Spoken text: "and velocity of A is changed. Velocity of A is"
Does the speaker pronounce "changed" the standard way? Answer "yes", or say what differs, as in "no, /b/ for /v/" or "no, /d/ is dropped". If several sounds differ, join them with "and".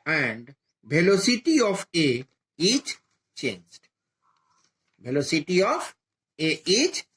yes